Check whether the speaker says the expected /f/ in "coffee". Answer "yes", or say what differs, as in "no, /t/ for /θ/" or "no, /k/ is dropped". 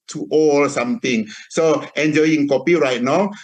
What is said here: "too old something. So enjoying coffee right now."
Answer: no, /p/ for /f/